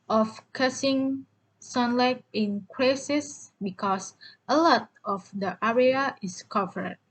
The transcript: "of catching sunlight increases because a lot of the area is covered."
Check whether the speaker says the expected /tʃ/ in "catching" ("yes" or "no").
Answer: no